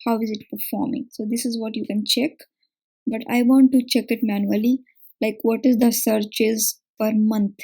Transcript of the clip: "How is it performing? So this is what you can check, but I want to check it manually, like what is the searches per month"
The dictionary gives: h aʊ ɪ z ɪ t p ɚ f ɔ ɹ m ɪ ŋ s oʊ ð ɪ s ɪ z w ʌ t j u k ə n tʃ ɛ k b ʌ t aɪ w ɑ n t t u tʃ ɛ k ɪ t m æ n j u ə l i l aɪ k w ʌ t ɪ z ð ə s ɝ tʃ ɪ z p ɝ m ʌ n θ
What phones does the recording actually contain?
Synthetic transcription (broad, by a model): h aʊ ɪ z ɪ t p ɚ f ɔ ɹ m ɪ ŋ s oʊ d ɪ s ɪ z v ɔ t j u k ə n tʃ ɛ k b ʌ t aɪ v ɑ n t t u tʃ ɛ k ɪ t m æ n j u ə l i l aɪ k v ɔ t ɪ z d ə s ɝ tʃ ɪ z f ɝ m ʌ n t